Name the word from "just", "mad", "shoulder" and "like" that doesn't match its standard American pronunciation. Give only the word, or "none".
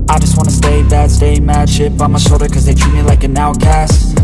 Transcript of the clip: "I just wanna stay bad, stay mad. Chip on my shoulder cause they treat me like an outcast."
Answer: shoulder